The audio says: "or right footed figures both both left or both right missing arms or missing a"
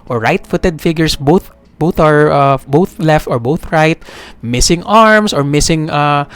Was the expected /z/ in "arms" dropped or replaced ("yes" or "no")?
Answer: yes